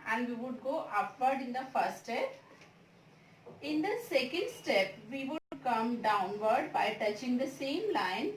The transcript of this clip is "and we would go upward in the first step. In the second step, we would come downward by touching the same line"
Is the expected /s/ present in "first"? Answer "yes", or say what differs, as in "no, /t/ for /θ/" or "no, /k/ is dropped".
no, /s/ is dropped